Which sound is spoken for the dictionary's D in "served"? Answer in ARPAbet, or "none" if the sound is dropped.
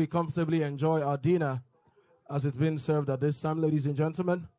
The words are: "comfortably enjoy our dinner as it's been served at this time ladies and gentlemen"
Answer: D